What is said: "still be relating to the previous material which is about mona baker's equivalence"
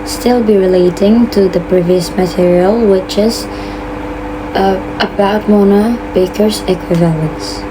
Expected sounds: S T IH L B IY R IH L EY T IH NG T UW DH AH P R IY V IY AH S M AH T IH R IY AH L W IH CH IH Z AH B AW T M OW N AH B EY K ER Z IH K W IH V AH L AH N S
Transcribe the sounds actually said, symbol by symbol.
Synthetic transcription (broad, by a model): S T IH L B IY R IH L EY T IH NG T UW DH AH P R IY V IY AH S M AH T IH R IY AH L W IH CH IH Z AH B AW T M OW N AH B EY K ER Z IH K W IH V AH L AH N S